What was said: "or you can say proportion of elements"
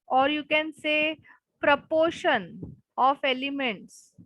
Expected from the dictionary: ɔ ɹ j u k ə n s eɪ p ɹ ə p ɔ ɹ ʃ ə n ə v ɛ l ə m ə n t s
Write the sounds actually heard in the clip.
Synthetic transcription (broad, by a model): ɔ ɹ j u k ə n s eɪ p ɹ ə p ɔ ɹ ʃ ə n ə f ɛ l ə m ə n t s